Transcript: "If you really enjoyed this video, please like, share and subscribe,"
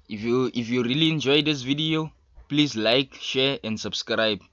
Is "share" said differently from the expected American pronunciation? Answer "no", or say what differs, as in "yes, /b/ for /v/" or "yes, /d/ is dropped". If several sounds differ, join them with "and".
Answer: no